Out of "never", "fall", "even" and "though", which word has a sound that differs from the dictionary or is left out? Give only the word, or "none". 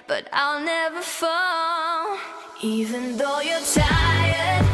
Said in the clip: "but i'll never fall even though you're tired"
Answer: fall